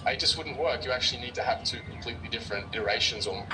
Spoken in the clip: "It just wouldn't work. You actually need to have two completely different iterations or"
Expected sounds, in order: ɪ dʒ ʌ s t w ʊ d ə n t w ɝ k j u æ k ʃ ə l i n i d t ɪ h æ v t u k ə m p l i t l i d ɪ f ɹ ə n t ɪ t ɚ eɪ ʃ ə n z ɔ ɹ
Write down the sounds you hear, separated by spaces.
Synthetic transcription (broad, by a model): ɪ dʒ ʌ s t w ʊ d n t w ɝ k j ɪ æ k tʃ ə l i n i d t ɪ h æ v t u k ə m p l i t l i d ɪ f ɹ ə n t ɪ t ɚ eɪ ʃ ə n z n